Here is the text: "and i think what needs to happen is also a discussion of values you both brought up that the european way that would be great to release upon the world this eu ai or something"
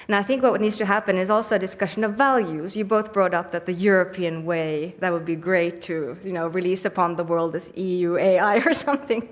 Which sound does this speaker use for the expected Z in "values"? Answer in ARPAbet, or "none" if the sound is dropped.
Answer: Z